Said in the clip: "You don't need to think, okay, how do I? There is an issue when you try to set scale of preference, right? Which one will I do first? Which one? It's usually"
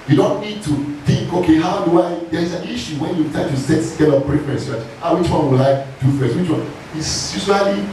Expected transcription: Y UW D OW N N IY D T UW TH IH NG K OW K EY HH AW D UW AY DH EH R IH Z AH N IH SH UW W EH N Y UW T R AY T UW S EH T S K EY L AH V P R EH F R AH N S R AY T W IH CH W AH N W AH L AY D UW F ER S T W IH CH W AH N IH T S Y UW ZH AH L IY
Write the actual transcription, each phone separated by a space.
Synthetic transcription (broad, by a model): Y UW D OW N N IY D T UW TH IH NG K OW K EY HH AW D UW AY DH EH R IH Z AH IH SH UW W EH N Y UW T AY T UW S EH T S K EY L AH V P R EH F AH S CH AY W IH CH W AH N W AH L AY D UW F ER S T W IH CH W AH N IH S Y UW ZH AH L IY